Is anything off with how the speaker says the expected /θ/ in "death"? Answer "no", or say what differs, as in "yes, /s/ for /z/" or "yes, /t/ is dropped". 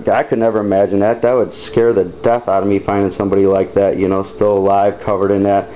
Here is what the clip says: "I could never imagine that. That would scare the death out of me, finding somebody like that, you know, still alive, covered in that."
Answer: no